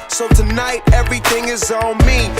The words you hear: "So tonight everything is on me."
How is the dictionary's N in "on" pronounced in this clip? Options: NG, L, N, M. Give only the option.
L